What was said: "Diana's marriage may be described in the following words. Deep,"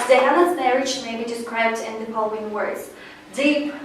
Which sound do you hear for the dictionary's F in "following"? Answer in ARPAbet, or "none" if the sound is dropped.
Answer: P